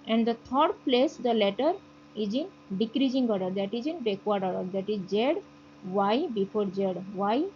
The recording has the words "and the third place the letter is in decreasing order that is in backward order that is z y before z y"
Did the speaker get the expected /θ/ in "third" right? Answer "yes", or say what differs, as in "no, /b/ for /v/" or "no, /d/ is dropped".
no, /t/ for /θ/